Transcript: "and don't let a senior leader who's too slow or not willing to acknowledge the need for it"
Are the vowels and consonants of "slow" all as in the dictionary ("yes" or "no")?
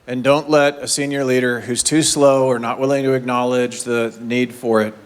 yes